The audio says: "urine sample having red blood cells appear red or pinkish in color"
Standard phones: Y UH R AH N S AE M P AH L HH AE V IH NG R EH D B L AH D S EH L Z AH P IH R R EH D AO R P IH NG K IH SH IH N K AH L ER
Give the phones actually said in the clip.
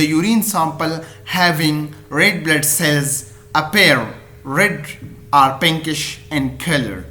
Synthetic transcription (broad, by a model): Y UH R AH N S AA M P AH L HH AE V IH NG R EH D B L AH D S EH L Z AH P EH R R EH D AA R P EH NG K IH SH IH N K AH L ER